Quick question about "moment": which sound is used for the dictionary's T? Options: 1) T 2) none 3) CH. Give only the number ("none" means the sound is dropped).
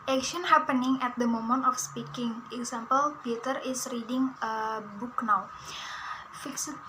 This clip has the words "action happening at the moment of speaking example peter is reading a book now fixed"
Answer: 1